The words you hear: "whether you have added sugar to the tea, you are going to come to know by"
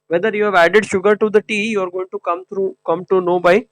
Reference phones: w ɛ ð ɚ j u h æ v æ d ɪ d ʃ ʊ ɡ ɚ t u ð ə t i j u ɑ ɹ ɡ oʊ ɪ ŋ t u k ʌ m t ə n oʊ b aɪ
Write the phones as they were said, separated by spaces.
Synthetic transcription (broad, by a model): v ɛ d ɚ j u h æ v æ d ɪ d ʃ ʊ ɡ ɚ t u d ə t i j u ɑ ɹ ɡ oʊ ɪ ŋ t u k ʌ m t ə n oʊ b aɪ